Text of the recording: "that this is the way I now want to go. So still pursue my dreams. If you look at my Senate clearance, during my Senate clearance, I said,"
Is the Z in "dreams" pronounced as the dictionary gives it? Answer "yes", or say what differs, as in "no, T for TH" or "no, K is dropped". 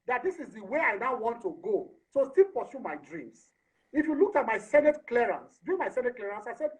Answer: no, S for Z